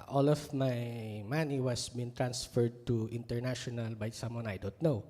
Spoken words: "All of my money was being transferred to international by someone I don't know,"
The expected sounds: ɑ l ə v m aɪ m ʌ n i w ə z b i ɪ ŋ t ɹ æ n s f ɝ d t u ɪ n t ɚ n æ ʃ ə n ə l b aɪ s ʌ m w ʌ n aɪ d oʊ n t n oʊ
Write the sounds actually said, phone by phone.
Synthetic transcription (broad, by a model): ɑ l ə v m aɪ m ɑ n i w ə s b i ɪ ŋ t ɹ æ n s f ɝ d t u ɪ n t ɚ n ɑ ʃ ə n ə l b aɪ s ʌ m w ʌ n aɪ d oʊ n t n oʊ